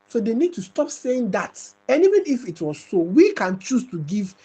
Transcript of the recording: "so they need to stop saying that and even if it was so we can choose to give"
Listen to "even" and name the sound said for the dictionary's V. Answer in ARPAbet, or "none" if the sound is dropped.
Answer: W